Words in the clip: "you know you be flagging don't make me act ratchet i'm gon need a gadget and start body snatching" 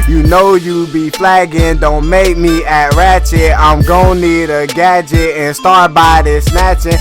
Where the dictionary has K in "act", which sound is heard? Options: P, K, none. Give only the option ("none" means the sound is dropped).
none